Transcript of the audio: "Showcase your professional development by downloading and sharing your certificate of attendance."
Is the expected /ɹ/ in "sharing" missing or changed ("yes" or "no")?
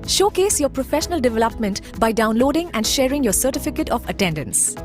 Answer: no